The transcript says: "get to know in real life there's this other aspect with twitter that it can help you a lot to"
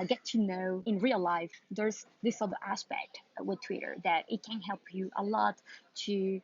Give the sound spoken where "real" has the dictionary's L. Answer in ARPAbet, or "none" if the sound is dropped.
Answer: L